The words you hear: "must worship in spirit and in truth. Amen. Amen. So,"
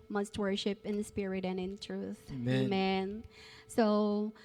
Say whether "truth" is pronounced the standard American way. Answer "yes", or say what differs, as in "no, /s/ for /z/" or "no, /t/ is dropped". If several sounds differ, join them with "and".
yes